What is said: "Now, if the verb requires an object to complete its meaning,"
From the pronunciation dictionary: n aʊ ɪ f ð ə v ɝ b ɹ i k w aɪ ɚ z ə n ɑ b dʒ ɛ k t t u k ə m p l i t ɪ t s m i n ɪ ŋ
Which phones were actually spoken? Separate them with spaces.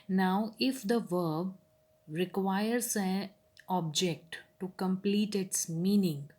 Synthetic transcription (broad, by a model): n aʊ ɪ f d ə v ɝ b ɹ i k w aɪ ɚ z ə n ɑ b dʒ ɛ k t t u k ə m p l i t ɪ t s m i n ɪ ŋ